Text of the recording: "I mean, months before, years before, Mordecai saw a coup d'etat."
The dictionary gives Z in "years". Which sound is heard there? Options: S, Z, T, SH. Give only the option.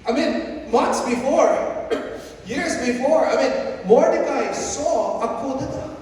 Z